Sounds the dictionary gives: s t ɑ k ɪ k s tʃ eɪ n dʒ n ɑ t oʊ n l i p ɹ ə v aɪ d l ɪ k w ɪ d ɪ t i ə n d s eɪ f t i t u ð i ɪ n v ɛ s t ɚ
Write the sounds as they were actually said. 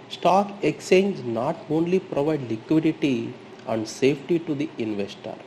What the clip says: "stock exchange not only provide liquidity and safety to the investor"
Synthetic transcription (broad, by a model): s t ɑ k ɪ k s eɪ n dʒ n ɑ t oʊ n l i p ɹ ə v aɪ d l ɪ k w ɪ d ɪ t i ə n d s eɪ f t i t u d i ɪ n v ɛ s t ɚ